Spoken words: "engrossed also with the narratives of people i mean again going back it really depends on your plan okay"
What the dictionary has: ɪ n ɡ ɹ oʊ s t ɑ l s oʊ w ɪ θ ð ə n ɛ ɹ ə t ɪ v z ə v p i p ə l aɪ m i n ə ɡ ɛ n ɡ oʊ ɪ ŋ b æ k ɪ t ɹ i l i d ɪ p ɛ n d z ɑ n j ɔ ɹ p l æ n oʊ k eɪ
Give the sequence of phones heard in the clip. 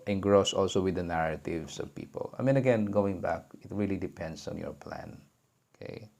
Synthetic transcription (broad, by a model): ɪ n ɡ ɹ oʊ s ɑ l s oʊ w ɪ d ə n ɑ ɹ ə t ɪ v s ə v p i p ə l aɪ m i n ə ɡ ɛ n ɡ oʊ ɪ ŋ b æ k ɪ t ɹ i l i d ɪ p ɛ n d s ɑ n j ɔ ɹ p l æ n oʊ k eɪ